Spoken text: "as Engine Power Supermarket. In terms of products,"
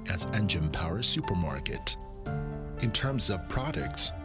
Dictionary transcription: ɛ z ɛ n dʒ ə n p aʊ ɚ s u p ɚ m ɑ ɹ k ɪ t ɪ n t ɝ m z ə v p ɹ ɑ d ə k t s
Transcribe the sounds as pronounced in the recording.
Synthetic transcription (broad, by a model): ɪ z ɛ n dʒ ə n p aʊ ɚ s u p ɚ m ɑ ɹ k ɪ t ɪ n t ɝ m z ə v p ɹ ɑ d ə k t s